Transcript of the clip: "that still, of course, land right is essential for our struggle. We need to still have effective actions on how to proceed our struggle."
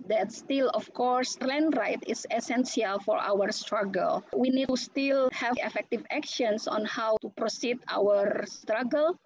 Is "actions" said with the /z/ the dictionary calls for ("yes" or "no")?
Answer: no